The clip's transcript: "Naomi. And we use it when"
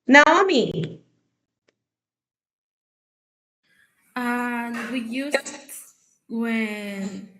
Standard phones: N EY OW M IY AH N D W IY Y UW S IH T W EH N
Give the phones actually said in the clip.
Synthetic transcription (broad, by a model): N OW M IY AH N W IY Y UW IH T W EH N